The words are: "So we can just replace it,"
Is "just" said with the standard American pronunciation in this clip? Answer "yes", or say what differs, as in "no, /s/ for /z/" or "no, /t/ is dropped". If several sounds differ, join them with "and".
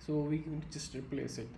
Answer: no, /tʃ/ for /dʒ/